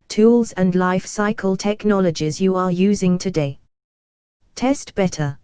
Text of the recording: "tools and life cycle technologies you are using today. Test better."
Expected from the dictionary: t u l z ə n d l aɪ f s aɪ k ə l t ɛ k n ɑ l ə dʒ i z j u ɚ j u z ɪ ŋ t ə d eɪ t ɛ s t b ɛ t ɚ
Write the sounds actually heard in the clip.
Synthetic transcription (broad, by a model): t u l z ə n l aɪ f s aɪ k ə l t ɛ k n ɑ l ə dʒ i z j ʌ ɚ j u z ɪ ŋ t ə d eɪ t ɛ s t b ɛ t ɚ